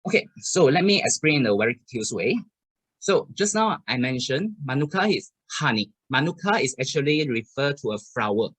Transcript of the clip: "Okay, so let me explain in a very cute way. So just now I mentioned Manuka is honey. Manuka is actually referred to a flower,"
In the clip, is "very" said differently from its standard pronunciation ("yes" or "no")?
yes